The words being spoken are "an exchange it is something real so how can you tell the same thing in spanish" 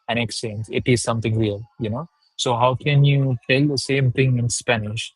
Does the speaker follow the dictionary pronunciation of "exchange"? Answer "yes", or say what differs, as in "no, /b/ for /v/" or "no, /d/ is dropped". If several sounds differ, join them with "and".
no, /tʃ/ is dropped